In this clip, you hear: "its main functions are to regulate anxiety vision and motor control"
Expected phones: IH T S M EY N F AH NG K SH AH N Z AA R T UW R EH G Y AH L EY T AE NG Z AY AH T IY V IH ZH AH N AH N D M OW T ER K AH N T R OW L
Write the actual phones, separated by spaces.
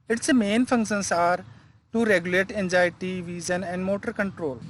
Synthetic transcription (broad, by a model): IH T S M EY N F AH NG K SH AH N S AA R T UW R EH G Y AH L EY T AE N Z AY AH T IY V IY Z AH N AH N D M OW T ER K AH N T R OW L